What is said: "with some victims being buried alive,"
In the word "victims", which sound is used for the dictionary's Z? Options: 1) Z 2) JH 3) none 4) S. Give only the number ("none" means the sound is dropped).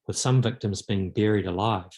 1